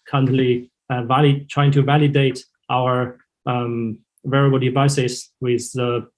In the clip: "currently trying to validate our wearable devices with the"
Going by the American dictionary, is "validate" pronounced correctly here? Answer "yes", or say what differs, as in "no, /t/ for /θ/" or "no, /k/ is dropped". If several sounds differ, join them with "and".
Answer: yes